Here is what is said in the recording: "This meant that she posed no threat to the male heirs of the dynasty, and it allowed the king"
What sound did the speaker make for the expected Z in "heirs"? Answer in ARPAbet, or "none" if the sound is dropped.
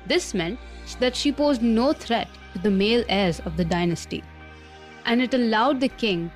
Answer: Z